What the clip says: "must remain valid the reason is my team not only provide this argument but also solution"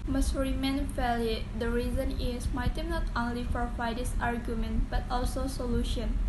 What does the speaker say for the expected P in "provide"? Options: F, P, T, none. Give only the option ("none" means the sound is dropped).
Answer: F